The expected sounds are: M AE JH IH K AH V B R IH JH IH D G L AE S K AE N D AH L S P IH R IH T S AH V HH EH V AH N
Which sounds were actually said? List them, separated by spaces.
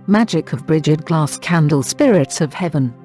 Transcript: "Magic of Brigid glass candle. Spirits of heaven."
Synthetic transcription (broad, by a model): M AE JH IH K AH V B R IH JH IH D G L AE S K AE N D AH L S P IH R IH T S AH V HH EH V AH N